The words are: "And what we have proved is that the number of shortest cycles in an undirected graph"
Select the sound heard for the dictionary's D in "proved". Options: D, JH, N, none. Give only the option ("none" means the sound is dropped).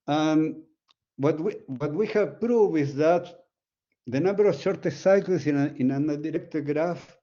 none